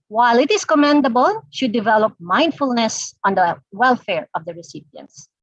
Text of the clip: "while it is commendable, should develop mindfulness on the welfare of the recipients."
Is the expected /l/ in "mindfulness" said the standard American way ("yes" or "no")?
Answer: yes